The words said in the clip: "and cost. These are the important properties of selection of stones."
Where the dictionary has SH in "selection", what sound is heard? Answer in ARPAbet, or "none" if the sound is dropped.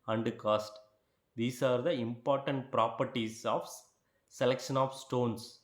SH